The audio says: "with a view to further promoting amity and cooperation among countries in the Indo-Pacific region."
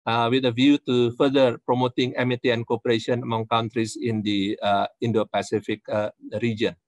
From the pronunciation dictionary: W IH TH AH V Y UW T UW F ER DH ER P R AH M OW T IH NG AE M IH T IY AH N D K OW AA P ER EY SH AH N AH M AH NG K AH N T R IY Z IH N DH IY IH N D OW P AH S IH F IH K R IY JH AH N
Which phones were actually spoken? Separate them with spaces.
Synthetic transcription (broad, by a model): W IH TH AH V Y UW T UW F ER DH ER P R AH M OW T IH NG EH M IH T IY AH N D K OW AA P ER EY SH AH N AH M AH NG K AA N T R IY S IH N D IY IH N D OW P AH S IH F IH K R IY JH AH N